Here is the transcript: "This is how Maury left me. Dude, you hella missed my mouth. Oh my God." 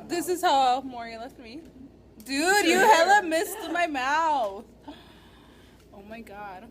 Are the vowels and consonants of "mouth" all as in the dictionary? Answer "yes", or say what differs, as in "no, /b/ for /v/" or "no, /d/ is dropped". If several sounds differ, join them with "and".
yes